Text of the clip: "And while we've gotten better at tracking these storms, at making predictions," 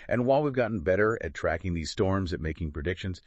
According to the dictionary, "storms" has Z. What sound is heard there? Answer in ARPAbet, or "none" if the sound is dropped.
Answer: Z